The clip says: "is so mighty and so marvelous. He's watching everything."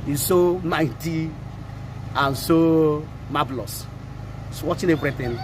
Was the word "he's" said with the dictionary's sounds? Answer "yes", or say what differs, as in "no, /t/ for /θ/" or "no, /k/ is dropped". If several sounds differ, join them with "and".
no, /s/ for /z/